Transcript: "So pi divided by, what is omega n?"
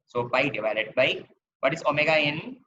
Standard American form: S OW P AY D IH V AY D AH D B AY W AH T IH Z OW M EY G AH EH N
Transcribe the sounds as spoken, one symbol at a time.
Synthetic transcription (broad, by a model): S OW B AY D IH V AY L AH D B AY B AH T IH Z OW M EY G AH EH N